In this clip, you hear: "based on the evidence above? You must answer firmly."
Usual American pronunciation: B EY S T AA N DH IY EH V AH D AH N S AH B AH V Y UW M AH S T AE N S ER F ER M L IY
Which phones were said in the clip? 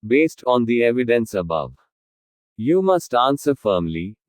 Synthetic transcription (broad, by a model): B EY S T AA N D IY EH V AH D AH N S AH B AH V Y UW M AH S T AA N S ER F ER M L IY